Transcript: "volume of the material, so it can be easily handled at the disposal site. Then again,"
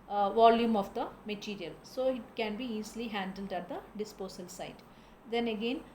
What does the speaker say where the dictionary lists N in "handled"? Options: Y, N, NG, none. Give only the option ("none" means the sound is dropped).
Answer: N